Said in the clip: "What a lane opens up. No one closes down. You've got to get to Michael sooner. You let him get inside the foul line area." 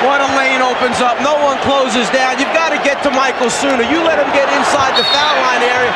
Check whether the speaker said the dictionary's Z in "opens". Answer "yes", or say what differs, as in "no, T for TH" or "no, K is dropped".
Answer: yes